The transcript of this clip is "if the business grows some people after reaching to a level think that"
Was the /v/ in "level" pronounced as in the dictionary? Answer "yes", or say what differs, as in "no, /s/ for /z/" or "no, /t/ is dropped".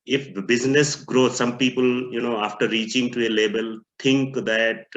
no, /b/ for /v/